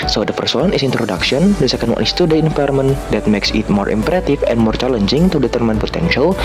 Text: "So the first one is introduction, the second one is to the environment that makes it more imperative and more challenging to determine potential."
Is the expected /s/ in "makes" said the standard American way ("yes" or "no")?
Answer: yes